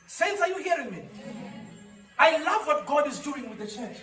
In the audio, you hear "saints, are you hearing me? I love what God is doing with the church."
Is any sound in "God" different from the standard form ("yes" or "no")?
no